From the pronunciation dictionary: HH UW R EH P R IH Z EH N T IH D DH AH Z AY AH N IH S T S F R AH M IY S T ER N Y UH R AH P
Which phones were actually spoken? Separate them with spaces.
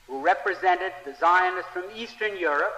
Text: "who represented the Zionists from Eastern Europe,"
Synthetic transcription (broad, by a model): HH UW R EH P R IH Z EH N T IH D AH Z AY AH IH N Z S F R AH M IY S T ER N Y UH R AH P